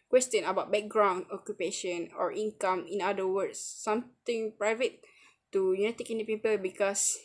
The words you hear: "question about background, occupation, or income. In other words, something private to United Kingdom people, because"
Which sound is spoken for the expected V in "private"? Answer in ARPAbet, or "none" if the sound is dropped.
V